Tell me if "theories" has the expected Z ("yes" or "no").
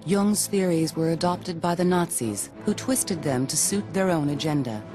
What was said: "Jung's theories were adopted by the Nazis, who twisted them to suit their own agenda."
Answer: yes